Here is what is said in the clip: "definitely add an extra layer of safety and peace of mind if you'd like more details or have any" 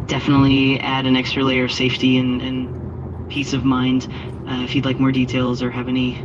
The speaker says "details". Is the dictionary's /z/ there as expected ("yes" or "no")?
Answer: yes